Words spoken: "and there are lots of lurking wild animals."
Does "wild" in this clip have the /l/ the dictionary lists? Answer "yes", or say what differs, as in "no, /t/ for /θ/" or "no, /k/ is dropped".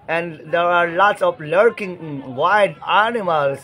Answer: no, /l/ is dropped